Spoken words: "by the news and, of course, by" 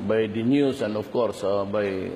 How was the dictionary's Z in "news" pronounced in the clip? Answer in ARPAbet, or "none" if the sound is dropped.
S